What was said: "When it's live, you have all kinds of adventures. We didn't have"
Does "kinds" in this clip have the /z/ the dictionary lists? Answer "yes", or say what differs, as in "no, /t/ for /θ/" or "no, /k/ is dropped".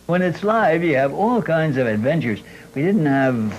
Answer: yes